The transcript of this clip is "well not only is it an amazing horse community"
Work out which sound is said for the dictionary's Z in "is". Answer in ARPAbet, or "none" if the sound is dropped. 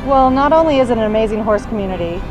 Z